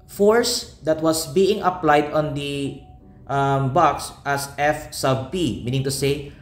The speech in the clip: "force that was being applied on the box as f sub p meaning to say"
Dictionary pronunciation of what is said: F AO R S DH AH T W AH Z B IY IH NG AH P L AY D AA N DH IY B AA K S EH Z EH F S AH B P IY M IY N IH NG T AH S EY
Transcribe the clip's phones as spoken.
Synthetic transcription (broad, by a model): F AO R S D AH T W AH S B IY IH NG AH P L AY D AA N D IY B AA K S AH S EH F S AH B P IY M IY N IH NG T AH S EY